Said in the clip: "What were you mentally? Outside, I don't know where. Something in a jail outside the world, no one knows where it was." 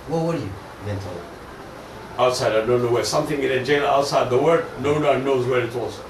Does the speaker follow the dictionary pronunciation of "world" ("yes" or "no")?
no